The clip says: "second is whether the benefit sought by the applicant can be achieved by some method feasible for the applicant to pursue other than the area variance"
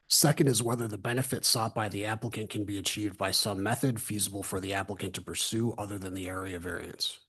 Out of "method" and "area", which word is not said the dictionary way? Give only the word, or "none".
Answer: none